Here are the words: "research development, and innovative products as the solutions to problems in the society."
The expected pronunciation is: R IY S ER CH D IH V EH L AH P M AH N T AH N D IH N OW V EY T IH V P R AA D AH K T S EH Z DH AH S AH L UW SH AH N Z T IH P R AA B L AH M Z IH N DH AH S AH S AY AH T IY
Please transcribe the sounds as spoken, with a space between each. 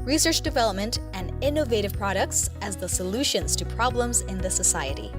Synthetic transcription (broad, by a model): R IY S ER CH D IH V EH L AH P M AH N T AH N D IH N OW V EY T IH V P R AA D AH K T S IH Z DH AH S AH L UW SH AH N Z T IH P R AA B L AH M Z IH N DH AH S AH S AY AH T IY